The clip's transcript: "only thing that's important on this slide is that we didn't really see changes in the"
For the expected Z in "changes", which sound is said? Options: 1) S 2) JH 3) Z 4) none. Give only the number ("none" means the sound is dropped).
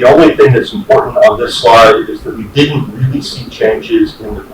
3